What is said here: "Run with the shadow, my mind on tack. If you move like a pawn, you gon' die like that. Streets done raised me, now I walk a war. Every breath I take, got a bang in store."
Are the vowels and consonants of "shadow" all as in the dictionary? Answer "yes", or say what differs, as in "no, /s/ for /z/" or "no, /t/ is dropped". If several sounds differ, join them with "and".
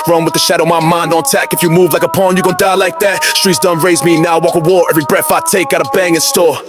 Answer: yes